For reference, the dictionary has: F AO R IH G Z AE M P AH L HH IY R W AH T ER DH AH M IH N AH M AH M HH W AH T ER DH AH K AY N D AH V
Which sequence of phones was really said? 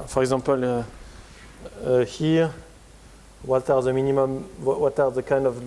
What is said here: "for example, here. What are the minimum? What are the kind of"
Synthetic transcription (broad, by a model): F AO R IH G Z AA P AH L HH IY R W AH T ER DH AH M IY N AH M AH M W W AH T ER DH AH K AY N D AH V